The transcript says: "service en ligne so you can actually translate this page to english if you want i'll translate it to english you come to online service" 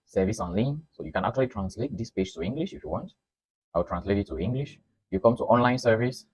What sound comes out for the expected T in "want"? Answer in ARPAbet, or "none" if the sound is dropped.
T